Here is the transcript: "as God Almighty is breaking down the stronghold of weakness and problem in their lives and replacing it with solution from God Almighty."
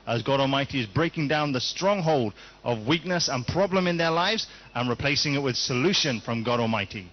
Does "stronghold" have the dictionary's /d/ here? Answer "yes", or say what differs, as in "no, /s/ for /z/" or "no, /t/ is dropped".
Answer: yes